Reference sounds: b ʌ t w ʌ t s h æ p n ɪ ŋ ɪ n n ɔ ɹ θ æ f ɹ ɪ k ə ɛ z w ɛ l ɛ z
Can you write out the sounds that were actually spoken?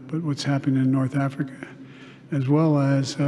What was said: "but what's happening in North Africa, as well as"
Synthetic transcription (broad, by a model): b ʌ t w ʌ t s h æ p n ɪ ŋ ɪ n n ɔ ɹ θ æ f ɹ ɪ k ə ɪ z w ɛ l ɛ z